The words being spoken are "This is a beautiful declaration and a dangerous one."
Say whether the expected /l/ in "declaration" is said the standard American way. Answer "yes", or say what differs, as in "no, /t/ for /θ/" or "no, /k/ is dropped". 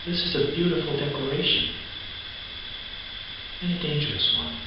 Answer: no, /l/ is dropped